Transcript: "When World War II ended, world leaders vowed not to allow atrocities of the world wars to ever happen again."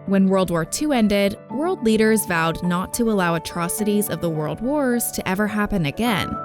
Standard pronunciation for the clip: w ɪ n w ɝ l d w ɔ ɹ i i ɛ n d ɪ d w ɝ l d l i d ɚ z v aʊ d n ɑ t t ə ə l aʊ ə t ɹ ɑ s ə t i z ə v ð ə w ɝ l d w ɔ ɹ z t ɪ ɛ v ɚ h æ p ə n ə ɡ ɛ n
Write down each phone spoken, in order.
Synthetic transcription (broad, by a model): w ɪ n w ɝ l d w ɔ ɹ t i ɛ n d ɪ d w ɝ l d l i d ɚ z v aʊ d n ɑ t t ə ə l aʊ ə t ɹ ɑ s ə t i z ə v ð ə w ɝ l d w ɔ ɹ z t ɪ ɛ v ɚ h æ p ə n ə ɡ ɛ n